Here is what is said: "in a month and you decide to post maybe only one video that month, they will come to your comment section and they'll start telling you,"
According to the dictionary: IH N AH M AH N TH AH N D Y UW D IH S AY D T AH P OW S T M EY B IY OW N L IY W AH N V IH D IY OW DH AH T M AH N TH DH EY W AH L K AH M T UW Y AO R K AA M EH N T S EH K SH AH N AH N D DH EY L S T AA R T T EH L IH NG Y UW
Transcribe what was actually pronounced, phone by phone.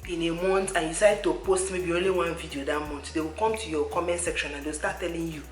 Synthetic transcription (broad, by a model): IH N AH M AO N T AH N Y UW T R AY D T AH P OW S T M EY B IY OW N L IY W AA N V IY D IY OW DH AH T M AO N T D EY W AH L K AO M T UW Y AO K AA M EH N T S EH K SH AH N AH N D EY W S T AA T T EH L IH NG Y UW